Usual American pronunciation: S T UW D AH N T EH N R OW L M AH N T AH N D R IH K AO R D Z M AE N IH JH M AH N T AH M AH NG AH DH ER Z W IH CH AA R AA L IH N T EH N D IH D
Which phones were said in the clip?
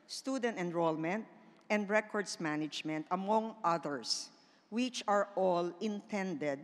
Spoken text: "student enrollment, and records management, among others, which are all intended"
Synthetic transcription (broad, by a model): S T UW D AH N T EH N R OW L M AH N T AH N D R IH K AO R D S M AE N IH JH M AH N T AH M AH NG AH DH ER S W IH CH AA R AA L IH N T EH N D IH D